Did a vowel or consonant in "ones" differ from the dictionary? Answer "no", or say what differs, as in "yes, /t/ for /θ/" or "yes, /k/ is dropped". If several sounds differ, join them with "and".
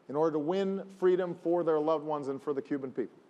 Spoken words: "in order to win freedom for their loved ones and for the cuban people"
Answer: no